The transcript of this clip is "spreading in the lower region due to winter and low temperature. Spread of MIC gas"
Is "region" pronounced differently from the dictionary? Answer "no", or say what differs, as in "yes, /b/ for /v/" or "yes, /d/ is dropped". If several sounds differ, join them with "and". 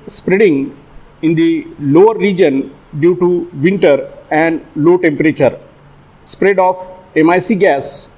no